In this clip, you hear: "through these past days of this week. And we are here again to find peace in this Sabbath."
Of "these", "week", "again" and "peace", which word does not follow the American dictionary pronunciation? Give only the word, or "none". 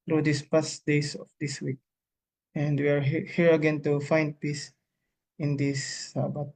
these